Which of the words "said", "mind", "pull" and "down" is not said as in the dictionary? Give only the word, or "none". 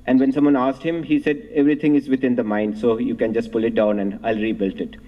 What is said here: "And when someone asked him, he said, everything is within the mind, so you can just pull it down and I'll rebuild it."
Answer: none